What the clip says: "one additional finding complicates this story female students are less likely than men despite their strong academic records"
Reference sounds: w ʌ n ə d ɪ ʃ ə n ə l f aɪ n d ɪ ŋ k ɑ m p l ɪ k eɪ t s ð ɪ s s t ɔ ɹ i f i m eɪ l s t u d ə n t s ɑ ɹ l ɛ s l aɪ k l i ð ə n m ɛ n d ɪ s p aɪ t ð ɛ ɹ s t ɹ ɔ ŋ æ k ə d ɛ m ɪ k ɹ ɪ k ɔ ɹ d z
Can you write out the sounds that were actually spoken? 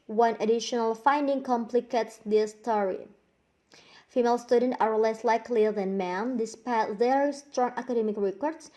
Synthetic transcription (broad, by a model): w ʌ n ə d ɪ ʃ ə n ə l f aɪ n d ɪ ŋ k ɑ m p l ɪ k eɪ t s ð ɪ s s t ɔ ɹ i f i m eɪ l s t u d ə n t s ɑ ɹ l ɛ s l aɪ k l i ð ə n m ɛ n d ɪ s p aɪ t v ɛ ɹ s t ɹ ɔ ŋ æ k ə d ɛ m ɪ k ɹ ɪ k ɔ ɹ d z